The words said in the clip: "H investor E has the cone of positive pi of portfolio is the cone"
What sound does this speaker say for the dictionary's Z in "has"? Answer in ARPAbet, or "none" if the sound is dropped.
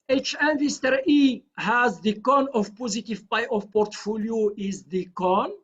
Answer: Z